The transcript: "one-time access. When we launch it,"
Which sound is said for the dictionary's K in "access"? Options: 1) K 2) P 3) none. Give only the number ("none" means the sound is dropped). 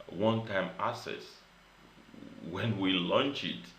3